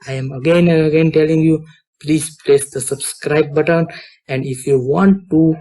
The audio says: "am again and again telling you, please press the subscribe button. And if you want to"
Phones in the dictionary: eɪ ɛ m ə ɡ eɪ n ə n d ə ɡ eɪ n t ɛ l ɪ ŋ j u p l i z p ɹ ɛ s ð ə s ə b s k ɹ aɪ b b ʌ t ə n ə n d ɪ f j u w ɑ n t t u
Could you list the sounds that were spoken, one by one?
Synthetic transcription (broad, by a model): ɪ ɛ m ə ɡ eɪ n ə ə ɡ eɪ n t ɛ l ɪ ŋ j u p l i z p l ɛ s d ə s ə b s k ɹ aɪ b b ʌ t ə n ə n d ɪ f j u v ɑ n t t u